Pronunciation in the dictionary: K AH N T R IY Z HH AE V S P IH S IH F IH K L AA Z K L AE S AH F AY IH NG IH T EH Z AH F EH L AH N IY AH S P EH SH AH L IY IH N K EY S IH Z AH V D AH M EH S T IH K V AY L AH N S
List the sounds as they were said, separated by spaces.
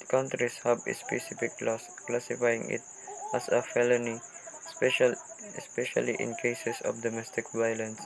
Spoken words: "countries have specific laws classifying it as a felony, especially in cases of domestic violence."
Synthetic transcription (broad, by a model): K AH N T R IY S HH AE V S P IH S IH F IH K L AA S K L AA S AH F AY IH NG IH T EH S AH F EH L AH N IY S P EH SH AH L IY IH N K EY S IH S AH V D AH M EH S T IH K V AY L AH N S